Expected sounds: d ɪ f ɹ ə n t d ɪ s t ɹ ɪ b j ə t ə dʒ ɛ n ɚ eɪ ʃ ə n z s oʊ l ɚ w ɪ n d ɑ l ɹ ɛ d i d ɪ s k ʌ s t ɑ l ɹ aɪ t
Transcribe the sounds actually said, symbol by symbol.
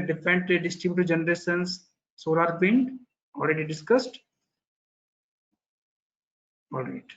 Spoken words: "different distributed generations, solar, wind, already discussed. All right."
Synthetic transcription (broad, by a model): d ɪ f ɹ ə n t d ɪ s t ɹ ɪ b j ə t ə dʒ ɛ n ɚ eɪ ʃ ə n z s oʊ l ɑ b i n ɑ l ɹ ɛ d i d ɪ s k ʌ s t ɑ l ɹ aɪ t